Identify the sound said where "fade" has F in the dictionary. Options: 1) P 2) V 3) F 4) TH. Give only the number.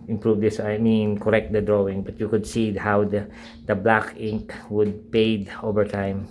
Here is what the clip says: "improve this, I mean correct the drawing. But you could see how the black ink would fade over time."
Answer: 1